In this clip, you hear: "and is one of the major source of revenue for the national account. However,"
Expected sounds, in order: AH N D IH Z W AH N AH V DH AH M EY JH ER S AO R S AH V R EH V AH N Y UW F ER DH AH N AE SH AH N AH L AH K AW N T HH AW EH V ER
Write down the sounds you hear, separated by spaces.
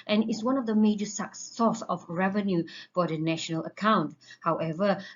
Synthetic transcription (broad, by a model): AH N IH S W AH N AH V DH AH M EY JH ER S AO S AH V R EH V AH N Y UW F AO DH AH N AE SH AH N AH L AH K AW N T HH AW EH V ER